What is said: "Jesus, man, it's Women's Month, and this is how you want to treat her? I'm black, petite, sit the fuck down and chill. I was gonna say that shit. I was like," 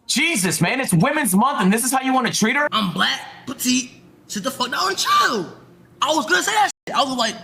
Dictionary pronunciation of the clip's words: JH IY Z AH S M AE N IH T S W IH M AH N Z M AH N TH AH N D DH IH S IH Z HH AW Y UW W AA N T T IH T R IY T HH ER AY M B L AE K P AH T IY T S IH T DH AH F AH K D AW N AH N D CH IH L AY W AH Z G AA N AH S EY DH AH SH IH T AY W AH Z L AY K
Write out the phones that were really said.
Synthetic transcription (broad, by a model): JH IY Z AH S M AE N IH T S W IH M AH N Z M AH N TH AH N DH IH S IH Z HH AW Y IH W AA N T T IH T R IY T ER AY M B L AE K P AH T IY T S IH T DH AH F AH K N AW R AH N CH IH L AY W AH Z G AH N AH S EY DH AH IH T AY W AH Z L AY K